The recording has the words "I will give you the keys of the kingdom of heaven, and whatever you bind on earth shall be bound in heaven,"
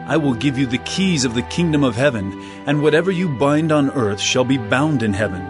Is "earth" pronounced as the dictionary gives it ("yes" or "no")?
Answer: yes